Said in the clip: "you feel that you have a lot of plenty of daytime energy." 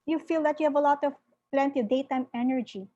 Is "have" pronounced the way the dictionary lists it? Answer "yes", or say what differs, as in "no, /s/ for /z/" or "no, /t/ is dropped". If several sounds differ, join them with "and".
yes